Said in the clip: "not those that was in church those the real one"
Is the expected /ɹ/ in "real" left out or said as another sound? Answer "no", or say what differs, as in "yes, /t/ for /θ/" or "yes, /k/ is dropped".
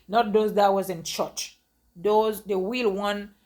yes, /w/ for /ɹ/